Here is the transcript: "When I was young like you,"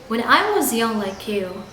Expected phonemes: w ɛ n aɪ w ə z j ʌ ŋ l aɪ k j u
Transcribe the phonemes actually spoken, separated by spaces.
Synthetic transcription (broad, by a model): w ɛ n aɪ w ə z j ʌ ŋ l aɪ k j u